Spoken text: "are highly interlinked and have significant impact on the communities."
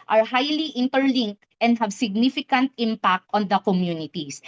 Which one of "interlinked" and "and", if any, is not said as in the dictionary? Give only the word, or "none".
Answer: none